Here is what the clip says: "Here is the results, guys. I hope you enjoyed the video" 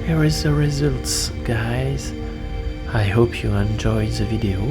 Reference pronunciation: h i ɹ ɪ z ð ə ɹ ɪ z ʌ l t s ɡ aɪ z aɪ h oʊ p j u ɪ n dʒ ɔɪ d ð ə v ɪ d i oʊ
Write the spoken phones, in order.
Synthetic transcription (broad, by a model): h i ɹ ɪ z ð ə ɹ ɪ z ʌ l t s ɡ aɪ z aɪ h oʊ p j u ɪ n dʒ ɔɪ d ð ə v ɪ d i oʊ